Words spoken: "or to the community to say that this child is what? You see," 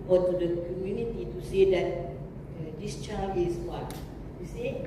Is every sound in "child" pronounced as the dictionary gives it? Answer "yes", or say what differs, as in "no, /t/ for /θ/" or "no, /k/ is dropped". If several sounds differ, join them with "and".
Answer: no, /d/ is dropped